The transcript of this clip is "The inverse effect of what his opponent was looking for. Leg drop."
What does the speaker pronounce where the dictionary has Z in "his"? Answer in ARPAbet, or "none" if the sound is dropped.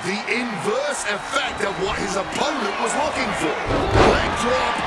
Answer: Z